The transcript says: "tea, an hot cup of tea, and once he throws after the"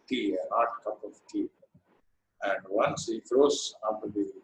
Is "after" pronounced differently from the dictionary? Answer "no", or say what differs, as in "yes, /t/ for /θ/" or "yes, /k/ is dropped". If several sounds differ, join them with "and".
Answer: yes, /f/ is dropped